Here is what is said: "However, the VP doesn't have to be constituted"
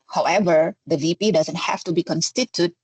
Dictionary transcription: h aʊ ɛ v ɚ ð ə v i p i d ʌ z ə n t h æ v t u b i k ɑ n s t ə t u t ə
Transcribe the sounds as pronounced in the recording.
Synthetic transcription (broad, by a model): h aʊ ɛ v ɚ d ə v i p i d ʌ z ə n t h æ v t u b i k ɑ n s t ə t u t